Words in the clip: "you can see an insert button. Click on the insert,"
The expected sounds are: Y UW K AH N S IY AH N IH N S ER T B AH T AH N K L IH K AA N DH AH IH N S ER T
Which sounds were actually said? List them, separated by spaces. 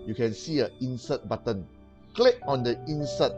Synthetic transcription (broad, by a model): Y UW K AH N S IY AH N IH N S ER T B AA T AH N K L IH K AA N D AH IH N S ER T